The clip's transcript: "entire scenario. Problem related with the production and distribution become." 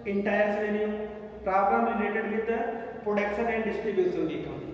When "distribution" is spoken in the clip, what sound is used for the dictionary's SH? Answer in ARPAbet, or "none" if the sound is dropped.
S